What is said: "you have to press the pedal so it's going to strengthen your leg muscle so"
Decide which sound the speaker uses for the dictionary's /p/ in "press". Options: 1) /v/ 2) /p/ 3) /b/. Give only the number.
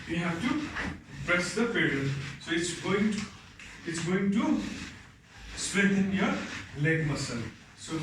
3